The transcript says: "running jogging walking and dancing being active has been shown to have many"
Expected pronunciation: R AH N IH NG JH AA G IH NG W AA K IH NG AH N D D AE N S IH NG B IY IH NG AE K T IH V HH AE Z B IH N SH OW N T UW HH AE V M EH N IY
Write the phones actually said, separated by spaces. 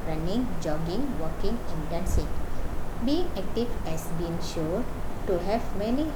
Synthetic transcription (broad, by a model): R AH N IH NG JH AA G IH NG W AA K IH NG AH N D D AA N S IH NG B IY IH NG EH K T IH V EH S B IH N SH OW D T UW HH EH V M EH N IY